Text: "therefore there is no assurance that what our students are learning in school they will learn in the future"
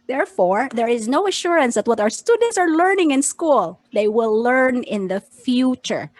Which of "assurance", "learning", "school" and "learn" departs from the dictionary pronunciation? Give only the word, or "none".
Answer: none